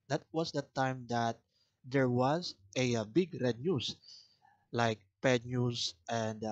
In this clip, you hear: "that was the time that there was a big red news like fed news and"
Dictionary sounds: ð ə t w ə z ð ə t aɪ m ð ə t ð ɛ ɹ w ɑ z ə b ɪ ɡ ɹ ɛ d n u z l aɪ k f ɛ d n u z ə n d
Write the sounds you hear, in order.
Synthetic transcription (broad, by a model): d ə t w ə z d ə t aɪ m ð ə t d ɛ ɹ w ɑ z ə b ɪ ɡ ɹ ɛ d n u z l aɪ k p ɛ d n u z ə n d